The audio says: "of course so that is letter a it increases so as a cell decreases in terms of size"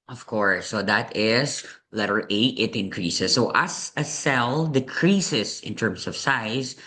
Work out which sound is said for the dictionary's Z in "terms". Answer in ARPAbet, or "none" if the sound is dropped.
S